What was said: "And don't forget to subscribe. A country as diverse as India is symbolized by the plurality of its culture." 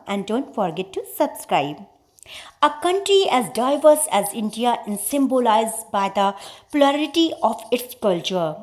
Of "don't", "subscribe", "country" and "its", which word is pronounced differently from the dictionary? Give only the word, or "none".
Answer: none